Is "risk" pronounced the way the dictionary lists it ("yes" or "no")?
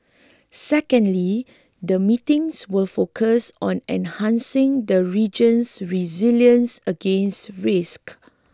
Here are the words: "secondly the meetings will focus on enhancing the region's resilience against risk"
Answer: yes